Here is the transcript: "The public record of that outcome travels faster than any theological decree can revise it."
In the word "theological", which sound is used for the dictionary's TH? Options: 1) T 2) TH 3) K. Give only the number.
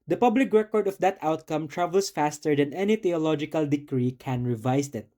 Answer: 1